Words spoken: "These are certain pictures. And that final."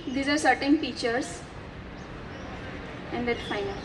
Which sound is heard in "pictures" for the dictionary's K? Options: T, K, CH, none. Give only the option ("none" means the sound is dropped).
none